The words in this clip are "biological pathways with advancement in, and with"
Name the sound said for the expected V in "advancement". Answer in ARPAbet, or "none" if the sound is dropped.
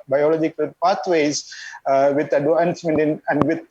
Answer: none